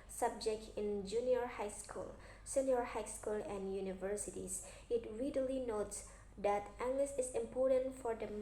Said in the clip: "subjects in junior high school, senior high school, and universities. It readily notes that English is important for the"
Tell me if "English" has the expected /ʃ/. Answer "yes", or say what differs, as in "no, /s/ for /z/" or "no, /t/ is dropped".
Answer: no, /s/ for /ʃ/